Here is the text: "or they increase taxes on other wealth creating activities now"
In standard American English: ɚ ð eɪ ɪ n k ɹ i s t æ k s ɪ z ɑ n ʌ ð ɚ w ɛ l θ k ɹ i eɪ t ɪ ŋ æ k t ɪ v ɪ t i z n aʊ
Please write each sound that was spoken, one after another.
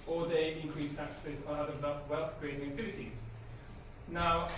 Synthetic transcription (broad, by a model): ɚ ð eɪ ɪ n k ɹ i s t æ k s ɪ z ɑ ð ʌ ɚ w ɛ l θ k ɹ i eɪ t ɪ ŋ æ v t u ɪ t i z n aʊ